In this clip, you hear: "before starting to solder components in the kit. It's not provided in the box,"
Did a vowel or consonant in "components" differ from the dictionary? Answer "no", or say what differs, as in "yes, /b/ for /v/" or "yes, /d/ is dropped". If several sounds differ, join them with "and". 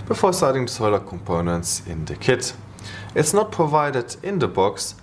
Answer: no